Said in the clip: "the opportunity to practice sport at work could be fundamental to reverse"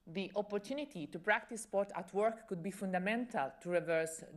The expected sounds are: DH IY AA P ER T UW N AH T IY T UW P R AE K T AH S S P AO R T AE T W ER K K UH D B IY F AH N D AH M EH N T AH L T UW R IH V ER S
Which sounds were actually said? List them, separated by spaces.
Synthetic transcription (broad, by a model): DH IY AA P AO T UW N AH T IY T UW P R AE K T AH S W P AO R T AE T W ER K K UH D B IY F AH N D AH M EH N T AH L T UW R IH V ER S